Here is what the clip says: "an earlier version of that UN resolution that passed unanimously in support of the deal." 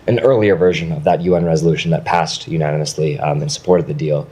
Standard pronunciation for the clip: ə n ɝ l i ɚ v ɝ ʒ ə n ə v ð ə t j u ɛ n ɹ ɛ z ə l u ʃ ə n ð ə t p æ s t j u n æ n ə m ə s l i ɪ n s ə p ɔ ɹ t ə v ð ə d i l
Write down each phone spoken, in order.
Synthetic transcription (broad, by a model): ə n ɝ l i ɚ v ɝ ʒ ə n ə v ð ə t j u ɛ n ɹ ɛ z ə l u ʃ n ð ə t p æ s t j u n æ n ə m ə s l i ɪ n s ə p ɔ ɹ t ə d ð ə d i l